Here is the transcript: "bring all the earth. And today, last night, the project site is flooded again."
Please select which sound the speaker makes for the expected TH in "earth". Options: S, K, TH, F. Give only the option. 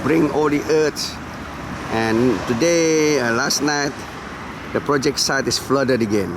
S